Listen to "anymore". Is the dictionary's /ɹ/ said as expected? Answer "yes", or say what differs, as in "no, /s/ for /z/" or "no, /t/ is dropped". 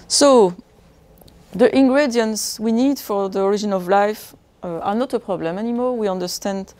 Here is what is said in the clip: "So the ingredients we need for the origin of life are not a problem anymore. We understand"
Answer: no, /l/ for /ɹ/